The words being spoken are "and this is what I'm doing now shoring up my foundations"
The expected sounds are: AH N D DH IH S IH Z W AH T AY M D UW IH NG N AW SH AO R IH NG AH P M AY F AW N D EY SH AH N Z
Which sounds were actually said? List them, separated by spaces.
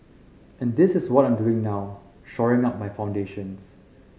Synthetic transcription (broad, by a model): AH N D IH S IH S W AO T AY M D UW IH NG N AW SH AO R IH NG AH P M AY F AW N D EY SH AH N S